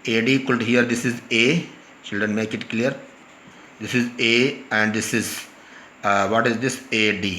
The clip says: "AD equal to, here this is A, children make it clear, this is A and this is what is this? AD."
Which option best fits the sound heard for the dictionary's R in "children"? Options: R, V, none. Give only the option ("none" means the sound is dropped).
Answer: R